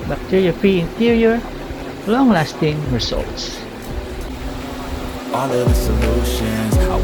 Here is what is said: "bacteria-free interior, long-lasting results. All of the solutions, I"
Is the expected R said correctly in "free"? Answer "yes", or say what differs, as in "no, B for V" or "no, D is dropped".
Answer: yes